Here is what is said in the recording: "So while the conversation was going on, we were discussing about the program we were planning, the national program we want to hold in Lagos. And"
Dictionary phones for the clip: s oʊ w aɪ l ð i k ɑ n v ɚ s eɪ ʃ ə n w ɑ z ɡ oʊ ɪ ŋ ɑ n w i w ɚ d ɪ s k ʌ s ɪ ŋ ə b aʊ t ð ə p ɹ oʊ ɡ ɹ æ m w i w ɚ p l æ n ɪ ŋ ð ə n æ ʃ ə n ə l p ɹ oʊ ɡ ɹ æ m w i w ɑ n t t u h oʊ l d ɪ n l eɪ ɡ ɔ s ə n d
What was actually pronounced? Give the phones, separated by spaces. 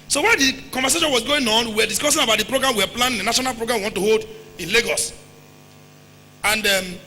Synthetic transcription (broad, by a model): s oʊ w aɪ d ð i k ɑ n v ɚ s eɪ ʃ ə n w ɑ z ɡ oʊ ɪ ŋ ɑ n w i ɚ d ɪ s k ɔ s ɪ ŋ ə b aʊ t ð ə p ɹ oʊ ɡ ɹ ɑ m w i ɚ p l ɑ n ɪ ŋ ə n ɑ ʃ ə n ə l p ɹ oʊ ɡ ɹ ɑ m w i w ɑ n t t u h oʊ l d ɪ n l eɪ ɡ ɔ s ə n d